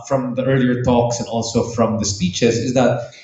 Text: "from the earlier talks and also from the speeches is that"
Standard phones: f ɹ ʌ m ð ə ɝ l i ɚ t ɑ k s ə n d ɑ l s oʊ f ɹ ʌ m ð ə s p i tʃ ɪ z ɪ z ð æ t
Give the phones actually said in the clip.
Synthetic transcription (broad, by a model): f ɹ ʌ m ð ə ɝ l i ɚ t ɑ k s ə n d ɑ l s oʊ f ɹ ʌ m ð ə s p i tʃ ɪ z ɪ z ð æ t